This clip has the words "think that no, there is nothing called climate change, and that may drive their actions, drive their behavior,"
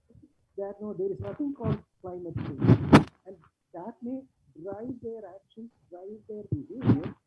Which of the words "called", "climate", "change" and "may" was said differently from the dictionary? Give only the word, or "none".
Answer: change